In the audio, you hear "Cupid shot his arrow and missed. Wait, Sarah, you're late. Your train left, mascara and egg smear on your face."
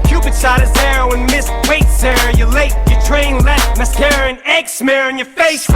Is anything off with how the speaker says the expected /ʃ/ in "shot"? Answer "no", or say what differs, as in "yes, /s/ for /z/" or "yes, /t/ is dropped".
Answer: yes, /s/ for /ʃ/